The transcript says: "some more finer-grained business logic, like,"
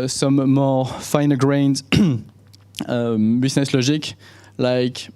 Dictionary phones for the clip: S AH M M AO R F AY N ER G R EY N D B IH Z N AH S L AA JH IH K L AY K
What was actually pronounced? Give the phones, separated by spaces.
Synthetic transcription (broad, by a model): S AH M M AO R F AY N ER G R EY N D B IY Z N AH S L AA ZH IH K L AY K